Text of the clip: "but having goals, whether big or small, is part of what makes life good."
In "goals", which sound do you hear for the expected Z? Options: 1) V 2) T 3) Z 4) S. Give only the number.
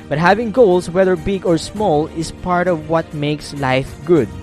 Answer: 4